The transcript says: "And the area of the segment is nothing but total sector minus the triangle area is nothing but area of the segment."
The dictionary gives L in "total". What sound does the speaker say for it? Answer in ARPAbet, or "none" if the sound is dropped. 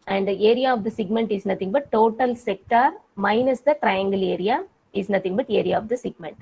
L